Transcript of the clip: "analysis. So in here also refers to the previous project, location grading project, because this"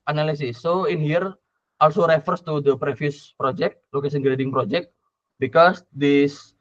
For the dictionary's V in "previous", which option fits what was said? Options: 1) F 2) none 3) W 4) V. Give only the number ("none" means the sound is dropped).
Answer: 1